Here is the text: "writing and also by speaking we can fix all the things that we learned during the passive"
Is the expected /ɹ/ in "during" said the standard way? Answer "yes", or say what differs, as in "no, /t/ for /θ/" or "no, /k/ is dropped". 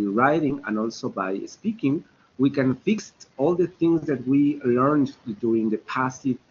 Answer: no, /ɹ/ is dropped